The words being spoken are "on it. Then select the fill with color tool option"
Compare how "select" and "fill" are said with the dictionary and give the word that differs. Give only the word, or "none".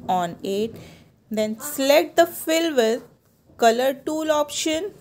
select